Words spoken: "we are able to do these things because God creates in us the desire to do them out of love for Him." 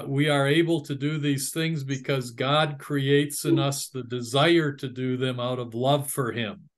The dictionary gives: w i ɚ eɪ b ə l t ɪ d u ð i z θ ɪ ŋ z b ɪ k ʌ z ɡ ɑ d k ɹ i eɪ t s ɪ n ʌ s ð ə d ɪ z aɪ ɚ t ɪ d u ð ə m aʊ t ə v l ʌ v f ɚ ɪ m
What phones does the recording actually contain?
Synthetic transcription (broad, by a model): w i ɚ eɪ b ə l t ɪ d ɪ ð i z θ ɪ ŋ z b ɪ k ʌ z ɡ ɑ d k ɹ i eɪ t s ɪ n ʌ s ð ə d ɪ z aɪ ɚ t ɪ d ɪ ð ə m aʊ t ə v l ʌ v f ɚ ɪ m